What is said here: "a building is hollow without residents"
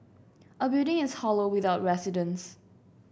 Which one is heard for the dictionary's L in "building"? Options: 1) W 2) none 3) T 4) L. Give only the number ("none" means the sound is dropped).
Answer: 2